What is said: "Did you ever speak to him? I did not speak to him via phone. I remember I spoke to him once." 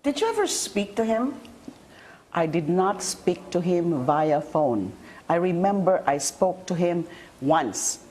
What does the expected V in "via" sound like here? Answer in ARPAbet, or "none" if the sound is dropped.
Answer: V